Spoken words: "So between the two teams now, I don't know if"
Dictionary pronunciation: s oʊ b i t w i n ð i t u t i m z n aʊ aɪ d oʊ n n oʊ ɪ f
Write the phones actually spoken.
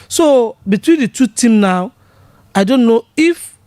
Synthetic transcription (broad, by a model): s oʊ b i t w i n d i t u t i m n aʊ aɪ d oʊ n n oʊ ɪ f